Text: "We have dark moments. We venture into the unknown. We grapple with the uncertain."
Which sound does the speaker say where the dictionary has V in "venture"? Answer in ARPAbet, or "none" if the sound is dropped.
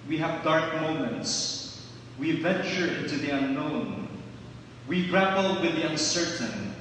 V